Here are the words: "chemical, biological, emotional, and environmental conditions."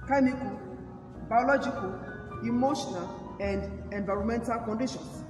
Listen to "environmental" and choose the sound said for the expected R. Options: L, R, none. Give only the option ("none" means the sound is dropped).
R